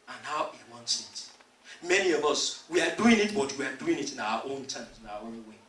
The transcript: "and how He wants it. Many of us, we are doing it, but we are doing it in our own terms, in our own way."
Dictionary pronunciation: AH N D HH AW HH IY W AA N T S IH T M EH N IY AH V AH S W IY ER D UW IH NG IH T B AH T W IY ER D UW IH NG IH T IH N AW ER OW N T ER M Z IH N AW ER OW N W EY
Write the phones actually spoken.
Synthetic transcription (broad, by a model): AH N HH AW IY W AA N T S IH T M EH N IY AH V AH S W IY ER D UW IH NG IH T B AH T W IY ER D UW IH NG IH T IH N AW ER OW N T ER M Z IH N AW ER OW N W EY